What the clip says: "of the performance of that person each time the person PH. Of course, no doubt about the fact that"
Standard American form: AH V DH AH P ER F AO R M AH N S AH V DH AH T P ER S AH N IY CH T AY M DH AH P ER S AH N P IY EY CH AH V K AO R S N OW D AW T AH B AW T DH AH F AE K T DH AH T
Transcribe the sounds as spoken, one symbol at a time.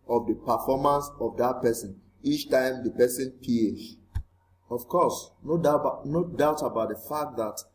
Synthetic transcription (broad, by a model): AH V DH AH P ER F AO M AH N S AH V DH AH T P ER S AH N IY CH T AY M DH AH P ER S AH N P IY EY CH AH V K AO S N N OW D AW T AH B AW T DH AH F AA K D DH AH T